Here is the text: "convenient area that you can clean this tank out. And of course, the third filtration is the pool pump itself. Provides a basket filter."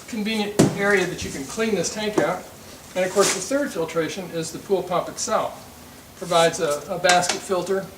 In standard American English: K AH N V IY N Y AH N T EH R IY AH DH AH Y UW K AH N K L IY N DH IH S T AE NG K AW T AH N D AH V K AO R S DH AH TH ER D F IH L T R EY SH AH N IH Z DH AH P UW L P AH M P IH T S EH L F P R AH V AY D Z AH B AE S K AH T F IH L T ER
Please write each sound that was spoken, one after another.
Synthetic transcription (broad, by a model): K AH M V IY N Y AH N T EH R IY AH DH AH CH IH K AH N K L IY N DH IH S T AE NG K AW T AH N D AH V K AO R S DH AH TH ER D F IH L T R EY SH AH N IH Z DH AH P UW L P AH P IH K S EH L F P R AH V AY D Z AH B AE S K AH T F IH L T ER